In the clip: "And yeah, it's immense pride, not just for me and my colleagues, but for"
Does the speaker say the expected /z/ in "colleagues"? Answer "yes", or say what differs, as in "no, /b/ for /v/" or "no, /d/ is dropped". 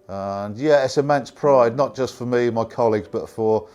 yes